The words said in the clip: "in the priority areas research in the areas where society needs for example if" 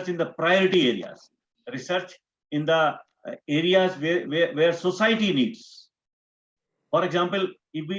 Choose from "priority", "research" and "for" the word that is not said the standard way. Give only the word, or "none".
none